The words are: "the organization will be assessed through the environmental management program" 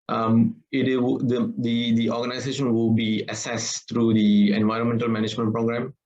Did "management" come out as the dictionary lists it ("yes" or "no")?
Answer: yes